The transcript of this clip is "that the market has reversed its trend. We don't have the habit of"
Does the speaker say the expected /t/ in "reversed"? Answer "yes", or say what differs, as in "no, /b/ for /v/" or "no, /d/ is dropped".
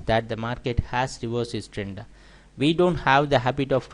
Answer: no, /t/ is dropped